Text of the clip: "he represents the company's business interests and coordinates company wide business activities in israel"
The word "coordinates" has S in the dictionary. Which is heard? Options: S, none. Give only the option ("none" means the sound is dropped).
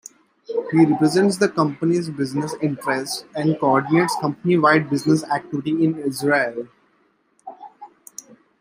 S